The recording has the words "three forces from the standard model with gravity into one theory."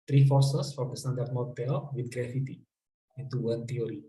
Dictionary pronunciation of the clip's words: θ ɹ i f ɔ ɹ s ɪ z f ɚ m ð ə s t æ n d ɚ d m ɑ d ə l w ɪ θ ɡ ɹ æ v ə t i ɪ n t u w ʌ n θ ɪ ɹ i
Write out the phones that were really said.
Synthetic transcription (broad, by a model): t ɹ i f ɔ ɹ s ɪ s f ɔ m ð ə s t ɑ n d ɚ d m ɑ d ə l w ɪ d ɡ ɹ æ f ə t i ɪ n t u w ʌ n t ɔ ɹ i